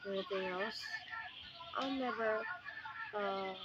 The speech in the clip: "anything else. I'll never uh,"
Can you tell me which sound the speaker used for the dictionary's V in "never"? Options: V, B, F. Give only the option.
V